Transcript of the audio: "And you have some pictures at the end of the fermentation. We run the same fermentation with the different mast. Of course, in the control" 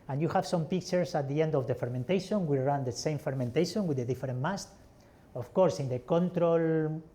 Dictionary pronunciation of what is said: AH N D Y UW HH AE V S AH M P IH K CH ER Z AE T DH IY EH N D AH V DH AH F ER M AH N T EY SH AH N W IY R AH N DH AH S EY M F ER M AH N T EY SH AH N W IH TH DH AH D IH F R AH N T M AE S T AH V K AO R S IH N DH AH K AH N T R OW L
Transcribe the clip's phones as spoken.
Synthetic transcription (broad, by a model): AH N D Y UW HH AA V S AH M P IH K CH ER S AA T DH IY EH N D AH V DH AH F ER M AH N T EY SH AH N W IY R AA N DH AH S EY M F ER M AH N T EY SH AH N W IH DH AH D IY F R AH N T M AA S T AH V K AO R S IH N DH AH K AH N T R OW L